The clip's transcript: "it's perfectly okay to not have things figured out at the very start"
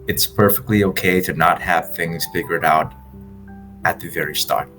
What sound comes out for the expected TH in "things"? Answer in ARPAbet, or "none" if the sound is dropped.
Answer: TH